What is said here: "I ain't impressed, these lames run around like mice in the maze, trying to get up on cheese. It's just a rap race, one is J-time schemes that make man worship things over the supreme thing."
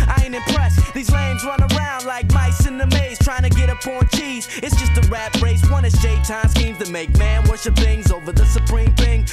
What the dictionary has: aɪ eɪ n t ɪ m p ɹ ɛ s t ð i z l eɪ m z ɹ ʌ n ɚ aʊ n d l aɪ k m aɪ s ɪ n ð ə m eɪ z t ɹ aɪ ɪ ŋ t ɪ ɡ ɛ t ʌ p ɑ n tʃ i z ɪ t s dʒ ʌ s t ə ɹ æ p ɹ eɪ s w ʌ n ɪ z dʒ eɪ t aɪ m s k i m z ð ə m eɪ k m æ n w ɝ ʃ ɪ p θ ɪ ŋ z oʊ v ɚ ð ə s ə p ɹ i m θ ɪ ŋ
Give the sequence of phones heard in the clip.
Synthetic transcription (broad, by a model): aɪ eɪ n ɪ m p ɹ ɛ s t ð i z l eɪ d z ɹ ʌ n ɚ aʊ n d l aɪ k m aɪ s ɪ n ð ə m eɪ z t ɹ aɪ ɪ ŋ t ɪ ɡ ɛ t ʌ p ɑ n tʃ i z ɪ t s dʒ ʌ s t ə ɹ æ b ɹ eɪ s w ʌ n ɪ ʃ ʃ eɪ t aɪ m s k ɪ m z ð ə m eɪ k m æ n w ɝ ʃ ɪ p θ ɪ ŋ z oʊ v ɚ ð ə s ə p ɹ i m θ ɪ ŋ